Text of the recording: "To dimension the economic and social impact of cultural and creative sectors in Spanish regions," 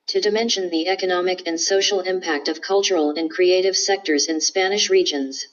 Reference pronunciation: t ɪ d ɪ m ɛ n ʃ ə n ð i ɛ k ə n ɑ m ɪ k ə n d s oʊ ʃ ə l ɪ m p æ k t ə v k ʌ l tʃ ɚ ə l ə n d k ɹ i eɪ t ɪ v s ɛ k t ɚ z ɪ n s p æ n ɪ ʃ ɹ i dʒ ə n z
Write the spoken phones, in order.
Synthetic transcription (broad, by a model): t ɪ d ɪ m ɛ n ʃ ə n ð i ɛ k ə n ɑ m ɪ k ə n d s oʊ ʃ l ɪ m p æ k t ə v k ʌ l tʃ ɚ l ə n k ɹ i eɪ t ɪ v s ɛ k t ɚ z ɪ n s p æ n ɪ ʃ ɹ i dʒ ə n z